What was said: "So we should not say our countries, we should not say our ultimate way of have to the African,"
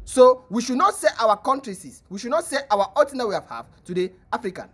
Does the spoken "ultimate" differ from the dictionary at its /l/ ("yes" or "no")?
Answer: yes